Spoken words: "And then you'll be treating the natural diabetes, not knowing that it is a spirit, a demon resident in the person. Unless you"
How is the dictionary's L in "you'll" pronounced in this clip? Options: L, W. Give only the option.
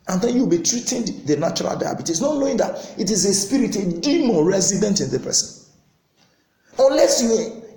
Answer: W